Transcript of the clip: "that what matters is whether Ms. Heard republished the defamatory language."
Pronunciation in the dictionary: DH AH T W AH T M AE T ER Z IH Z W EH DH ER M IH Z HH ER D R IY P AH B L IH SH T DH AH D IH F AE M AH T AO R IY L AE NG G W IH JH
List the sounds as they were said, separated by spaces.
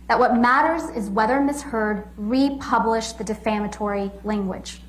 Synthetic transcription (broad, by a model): DH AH T W AH T M AE T ER Z IH Z W EH DH ER M IH S HH ER D R IY P AH B L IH SH DH AH D IH F AE M AH T AO R IY L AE NG G W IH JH